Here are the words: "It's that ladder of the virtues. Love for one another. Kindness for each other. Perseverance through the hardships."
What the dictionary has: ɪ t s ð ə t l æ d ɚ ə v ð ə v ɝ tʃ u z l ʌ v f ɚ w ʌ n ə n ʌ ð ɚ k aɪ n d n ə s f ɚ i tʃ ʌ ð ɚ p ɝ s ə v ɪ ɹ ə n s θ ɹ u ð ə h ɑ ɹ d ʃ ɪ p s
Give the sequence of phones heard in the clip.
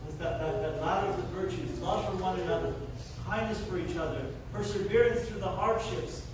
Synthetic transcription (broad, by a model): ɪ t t ð ə t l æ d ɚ ə v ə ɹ tʃ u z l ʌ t f ɚ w ʌ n ə n ʌ ð ɚ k aɪ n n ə s f ɚ i tʃ ʌ ð ɚ p ɝ s ə v ɪ ɹ ə n s θ ɹ u ð ə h ɑ ɹ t ʃ ɪ p s